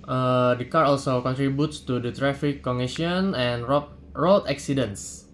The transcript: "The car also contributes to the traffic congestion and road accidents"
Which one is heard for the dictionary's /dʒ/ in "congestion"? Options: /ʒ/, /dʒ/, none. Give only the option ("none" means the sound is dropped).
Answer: none